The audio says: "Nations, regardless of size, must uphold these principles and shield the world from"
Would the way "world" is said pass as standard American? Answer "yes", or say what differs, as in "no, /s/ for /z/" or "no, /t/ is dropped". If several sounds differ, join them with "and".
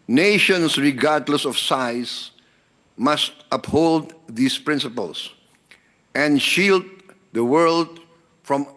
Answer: yes